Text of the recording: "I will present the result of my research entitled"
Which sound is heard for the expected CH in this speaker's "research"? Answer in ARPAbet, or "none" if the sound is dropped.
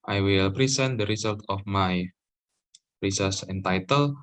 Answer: S